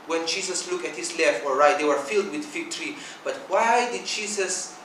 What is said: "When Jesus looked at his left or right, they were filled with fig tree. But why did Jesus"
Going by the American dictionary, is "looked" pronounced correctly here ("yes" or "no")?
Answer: no